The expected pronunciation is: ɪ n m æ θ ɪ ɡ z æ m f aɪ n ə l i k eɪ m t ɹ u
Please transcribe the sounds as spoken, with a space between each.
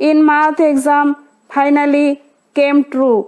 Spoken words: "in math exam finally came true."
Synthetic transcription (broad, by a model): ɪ n m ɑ t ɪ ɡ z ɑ m p aɪ n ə l i k eɪ m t ɹ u